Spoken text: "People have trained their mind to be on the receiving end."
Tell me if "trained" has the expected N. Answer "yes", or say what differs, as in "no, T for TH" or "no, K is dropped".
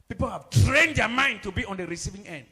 yes